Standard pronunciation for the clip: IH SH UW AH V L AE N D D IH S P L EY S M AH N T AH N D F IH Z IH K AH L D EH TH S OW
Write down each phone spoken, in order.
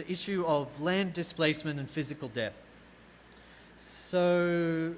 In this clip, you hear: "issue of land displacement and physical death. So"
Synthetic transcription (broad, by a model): IH SH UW AH V L AE N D D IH S P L EY S M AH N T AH N F IH Z IH K AH L D EH TH S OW